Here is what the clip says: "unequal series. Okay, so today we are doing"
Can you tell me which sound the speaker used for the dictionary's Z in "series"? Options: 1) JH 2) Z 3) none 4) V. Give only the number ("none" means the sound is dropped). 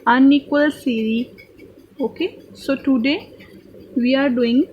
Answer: 3